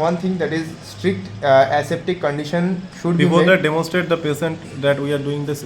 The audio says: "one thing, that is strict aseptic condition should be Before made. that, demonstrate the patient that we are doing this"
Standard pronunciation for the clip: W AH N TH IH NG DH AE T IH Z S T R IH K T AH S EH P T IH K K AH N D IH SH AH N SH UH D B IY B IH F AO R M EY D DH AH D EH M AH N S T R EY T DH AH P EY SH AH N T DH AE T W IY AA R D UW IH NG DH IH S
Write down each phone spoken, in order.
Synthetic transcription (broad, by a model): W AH N T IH NG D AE T IH Z S T R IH K T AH S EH P T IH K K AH N D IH SH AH N SH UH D B IY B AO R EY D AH D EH M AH N S T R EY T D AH P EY S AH N T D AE T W IY AA R D UW IH NG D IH S